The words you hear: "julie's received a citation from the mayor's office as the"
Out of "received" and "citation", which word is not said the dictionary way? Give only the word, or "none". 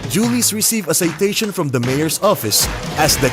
received